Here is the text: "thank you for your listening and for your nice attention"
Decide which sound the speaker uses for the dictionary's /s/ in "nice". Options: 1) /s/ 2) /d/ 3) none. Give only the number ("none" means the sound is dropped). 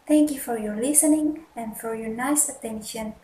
1